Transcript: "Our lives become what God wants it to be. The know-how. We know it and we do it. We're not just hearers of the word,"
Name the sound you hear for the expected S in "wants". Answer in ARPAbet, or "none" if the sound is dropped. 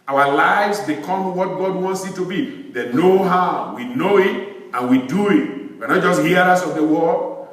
S